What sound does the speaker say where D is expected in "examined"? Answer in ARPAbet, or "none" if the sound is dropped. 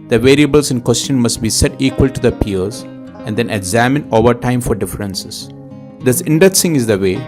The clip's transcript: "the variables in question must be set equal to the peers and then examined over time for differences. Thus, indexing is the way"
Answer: none